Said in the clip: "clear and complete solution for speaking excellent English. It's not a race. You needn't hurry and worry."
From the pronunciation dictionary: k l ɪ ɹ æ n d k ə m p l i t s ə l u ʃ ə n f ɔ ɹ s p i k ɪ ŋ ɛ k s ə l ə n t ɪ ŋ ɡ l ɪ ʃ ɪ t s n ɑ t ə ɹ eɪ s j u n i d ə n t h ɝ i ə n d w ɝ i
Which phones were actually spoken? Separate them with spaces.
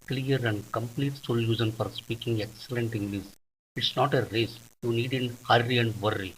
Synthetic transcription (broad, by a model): k l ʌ ɹ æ n d k ə m p l i t s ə l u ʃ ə n f ɔ ɹ s p i k ɪ ŋ ɛ k s ə l ə n t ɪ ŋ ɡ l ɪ s ɪ t s n ɑ t ə ɹ eɪ s j u n i d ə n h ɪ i ə n d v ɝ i